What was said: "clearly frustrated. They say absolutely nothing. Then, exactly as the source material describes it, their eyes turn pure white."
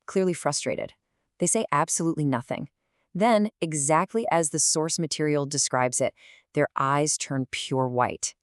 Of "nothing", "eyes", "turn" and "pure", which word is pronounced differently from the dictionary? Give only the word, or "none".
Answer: none